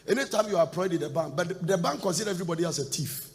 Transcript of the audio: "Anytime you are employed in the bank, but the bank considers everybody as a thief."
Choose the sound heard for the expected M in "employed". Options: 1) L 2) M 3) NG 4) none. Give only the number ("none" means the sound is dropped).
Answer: 4